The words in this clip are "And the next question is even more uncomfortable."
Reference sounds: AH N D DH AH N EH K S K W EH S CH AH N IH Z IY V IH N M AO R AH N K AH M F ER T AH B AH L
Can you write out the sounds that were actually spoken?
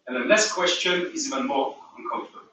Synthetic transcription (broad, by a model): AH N DH AH L EH S K W EH S CH AH N IH Z IY V IH N M AO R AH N K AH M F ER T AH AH